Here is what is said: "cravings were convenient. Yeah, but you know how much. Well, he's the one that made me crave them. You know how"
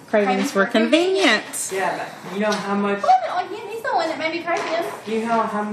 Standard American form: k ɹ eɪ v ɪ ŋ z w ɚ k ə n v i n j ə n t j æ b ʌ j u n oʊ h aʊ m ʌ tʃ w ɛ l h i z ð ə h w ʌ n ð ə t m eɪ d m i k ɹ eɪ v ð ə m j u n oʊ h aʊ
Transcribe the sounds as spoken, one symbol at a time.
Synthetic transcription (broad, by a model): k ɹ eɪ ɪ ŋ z w ɚ k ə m v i n j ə n t j æ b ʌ j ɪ n oʊ h aʊ m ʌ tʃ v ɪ n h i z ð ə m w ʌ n ð ə t m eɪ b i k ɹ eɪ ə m j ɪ n oʊ h aʊ